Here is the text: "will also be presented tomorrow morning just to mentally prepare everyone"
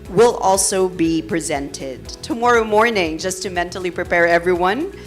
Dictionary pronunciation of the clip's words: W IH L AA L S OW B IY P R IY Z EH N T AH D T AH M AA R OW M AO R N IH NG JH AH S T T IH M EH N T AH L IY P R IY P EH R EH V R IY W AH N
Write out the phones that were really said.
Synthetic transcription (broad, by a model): W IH L AA L S OW B IY P R IY Z EH N T AH D T AH M AA R OW M AO R N IH NG JH AH S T T IH M EH N T L IY P R IY P EH R EH V R IY W AH N